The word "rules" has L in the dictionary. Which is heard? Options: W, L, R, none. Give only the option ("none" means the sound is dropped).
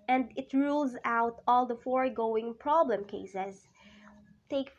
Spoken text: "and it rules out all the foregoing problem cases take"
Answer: L